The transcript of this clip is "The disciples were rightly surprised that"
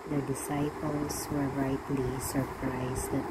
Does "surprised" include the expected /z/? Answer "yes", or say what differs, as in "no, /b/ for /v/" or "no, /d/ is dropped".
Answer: no, /s/ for /z/